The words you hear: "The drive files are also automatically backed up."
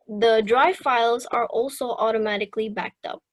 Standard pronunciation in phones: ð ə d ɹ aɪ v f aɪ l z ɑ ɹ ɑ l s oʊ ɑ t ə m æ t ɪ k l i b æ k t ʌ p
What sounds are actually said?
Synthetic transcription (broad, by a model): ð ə d ɹ aɪ v f aɪ l z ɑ ɹ ɑ l s oʊ ɑ t ə m æ t ɪ k l i b æ k t ʌ p